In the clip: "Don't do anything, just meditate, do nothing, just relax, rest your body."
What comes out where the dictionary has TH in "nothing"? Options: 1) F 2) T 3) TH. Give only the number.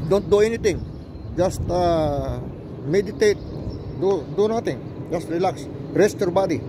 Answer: 2